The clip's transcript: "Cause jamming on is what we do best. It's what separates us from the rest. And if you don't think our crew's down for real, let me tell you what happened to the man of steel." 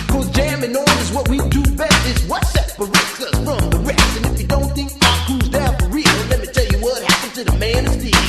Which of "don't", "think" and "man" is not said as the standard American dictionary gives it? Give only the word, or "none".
none